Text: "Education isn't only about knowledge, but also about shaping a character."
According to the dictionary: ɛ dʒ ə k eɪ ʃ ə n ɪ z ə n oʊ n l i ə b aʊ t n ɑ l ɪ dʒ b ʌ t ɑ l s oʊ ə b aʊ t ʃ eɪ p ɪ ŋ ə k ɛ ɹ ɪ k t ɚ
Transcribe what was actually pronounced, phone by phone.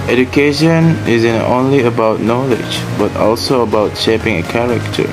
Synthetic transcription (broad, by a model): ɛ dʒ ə k eɪ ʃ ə n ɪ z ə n oʊ n l i ə b aʊ t n ɑ l ɪ dʒ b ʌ t ɑ l s oʊ ə b aʊ t ʃ eɪ p ɪ ŋ ə k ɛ ɹ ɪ k t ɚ